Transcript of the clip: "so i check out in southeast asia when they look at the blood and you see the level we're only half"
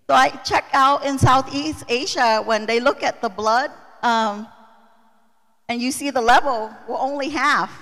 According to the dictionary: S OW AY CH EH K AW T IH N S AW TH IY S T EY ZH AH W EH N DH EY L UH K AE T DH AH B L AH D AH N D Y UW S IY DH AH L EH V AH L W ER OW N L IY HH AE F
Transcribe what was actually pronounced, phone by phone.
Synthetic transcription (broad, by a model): S OW AY CH EH K AW T IH N S AW TH IY S T EY ZH AH W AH N DH EY L UH K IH T DH AH B L AH D AH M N Y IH S IY DH AH L EH V L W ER OW N L IY HH AE F